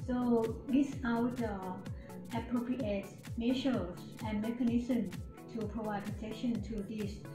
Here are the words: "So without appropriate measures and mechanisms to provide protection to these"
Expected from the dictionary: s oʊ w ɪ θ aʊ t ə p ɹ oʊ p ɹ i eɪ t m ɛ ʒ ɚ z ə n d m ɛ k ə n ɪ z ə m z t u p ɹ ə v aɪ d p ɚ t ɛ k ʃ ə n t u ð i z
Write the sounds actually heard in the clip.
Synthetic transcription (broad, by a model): s oʊ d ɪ s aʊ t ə p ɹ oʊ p ɹ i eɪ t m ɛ ʃ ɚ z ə n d m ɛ k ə n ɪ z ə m t u p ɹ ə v aɪ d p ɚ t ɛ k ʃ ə n t u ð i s